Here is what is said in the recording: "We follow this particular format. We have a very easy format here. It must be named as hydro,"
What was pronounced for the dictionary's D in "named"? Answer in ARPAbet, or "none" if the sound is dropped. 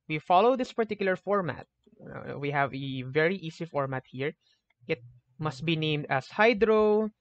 D